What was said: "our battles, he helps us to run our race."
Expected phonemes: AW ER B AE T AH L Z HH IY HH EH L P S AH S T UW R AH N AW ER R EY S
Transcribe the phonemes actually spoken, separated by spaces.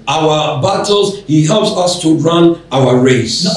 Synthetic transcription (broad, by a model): AW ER B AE T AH L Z HH IY HH EH L P S AH S T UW R AH N AW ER R EY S